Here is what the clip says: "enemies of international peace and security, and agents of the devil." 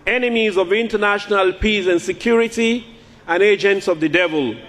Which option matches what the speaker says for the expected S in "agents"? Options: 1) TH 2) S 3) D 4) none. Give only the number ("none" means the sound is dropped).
2